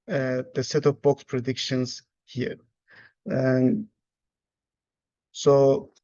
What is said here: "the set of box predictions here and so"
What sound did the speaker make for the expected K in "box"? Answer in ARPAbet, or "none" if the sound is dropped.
K